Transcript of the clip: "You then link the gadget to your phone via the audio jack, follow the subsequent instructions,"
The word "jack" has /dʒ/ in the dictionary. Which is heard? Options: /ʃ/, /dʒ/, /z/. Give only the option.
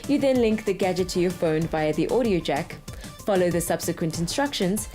/dʒ/